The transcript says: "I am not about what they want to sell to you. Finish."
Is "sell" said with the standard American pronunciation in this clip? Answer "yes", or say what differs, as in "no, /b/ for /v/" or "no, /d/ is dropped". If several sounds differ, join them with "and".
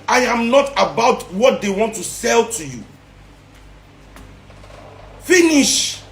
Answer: yes